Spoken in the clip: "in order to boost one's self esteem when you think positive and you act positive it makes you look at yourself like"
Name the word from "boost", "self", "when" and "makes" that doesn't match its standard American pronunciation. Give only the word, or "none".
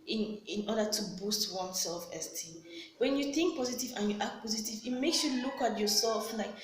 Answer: none